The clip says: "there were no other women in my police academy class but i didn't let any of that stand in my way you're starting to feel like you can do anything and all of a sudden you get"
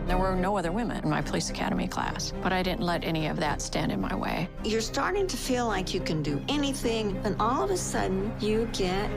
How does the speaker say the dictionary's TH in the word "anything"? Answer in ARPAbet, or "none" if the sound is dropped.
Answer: TH